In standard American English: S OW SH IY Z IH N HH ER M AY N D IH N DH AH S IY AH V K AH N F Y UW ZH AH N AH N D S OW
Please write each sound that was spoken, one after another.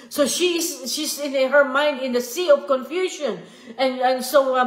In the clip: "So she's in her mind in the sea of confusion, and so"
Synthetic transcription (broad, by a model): S OW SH IY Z IH N HH ER M AY N D IH N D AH S IY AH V K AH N F Y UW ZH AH N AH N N S OW